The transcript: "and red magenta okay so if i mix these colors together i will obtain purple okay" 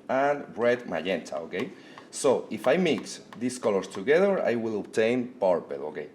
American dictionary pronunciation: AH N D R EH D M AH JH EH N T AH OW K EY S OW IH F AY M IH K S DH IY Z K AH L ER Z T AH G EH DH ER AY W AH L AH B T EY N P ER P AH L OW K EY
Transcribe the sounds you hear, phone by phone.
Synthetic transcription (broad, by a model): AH N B R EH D M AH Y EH N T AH OW K EY S OW IH F AY M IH K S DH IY S K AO L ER S T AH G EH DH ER AY W AH L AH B T EY N P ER P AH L OW K EY